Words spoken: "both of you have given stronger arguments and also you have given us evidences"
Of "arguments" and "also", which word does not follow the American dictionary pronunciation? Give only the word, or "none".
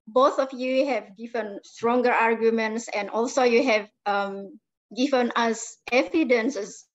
none